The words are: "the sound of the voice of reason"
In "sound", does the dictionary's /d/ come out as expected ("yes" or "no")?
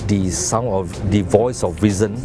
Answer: no